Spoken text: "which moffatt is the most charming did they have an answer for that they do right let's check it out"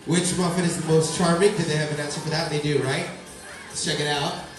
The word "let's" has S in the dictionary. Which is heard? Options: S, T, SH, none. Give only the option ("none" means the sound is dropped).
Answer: none